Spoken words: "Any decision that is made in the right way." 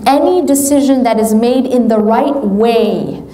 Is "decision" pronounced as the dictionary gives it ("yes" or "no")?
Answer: yes